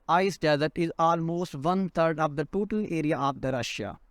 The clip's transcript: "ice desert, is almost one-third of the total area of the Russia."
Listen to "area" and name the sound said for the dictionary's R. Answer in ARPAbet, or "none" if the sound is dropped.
R